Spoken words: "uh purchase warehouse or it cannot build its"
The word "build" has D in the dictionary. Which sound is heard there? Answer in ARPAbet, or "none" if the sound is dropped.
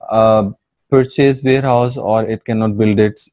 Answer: D